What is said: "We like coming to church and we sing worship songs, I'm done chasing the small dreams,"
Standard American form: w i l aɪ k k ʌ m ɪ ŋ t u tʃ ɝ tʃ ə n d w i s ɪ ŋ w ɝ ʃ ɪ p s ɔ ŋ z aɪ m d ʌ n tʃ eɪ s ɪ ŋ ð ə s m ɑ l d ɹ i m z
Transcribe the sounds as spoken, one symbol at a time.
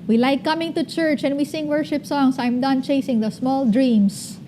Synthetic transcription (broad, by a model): w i l aɪ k k ʌ m ɪ ŋ t u tʃ ɝ tʃ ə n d w i s ɪ ŋ w ɝ ʃ ɪ p s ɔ ŋ s aɪ m d ʌ n tʃ eɪ s ɪ ŋ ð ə s m ɑ l d ɹ i m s